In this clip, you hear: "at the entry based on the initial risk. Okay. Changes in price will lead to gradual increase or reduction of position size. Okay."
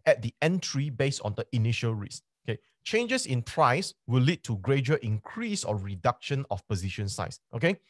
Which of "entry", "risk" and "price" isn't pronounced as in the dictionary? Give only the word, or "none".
risk